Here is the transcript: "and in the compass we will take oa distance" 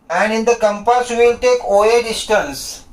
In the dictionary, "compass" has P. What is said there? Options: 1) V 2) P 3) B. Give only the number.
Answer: 2